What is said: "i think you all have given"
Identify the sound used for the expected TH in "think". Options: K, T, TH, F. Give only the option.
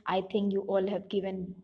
T